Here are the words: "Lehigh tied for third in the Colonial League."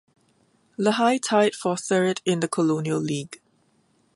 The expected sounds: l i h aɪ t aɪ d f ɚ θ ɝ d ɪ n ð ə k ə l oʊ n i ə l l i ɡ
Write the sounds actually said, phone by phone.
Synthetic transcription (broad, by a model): l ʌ h aɪ t aɪ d f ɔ s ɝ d ɪ n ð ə k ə l oʊ n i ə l l i ɡ